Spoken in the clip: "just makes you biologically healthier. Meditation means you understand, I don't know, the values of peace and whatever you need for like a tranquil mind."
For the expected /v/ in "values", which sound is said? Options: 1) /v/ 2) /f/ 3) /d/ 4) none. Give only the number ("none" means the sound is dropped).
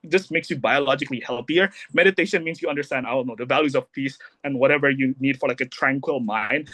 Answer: 1